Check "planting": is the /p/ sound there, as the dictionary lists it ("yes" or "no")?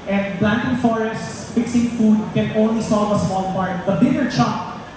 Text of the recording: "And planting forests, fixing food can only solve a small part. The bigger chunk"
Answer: no